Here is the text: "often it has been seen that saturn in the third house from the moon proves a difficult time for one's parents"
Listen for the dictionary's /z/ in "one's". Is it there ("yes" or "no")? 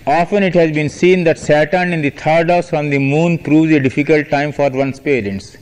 no